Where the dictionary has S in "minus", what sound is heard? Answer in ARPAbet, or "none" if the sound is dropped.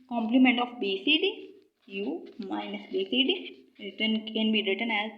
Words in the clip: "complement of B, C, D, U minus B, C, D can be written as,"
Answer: S